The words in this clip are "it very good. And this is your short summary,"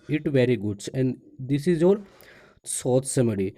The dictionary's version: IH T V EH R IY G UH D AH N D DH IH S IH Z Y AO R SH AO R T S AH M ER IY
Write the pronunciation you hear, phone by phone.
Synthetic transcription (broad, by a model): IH T V EH R IY G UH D AH N D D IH S IH Z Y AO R S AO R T S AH M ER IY